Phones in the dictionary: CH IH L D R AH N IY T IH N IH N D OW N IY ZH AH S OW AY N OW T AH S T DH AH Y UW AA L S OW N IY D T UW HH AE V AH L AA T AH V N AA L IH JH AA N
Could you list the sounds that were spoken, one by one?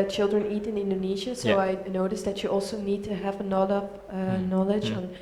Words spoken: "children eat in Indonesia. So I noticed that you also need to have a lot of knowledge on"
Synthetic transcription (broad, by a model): CH IH L D R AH N IY T IH N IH N D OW N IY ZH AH S OW AY N OW T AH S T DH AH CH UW AA L S OW N IY D T UW HH AE V AH N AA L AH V N AA L IH JH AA N